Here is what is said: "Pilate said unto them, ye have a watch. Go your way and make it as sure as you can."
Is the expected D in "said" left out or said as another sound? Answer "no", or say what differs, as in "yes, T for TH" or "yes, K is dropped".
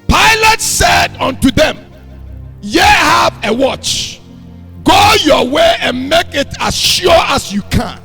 no